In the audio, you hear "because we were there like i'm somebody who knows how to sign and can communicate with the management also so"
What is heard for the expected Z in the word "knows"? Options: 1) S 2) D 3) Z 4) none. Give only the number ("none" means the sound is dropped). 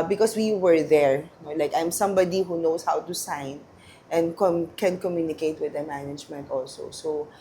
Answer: 1